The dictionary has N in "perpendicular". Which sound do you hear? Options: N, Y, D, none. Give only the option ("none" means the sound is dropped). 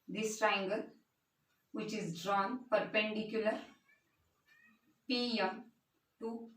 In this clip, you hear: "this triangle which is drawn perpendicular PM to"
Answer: N